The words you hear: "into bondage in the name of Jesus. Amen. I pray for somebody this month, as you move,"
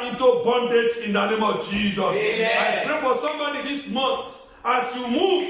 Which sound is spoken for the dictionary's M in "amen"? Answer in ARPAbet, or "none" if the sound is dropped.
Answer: none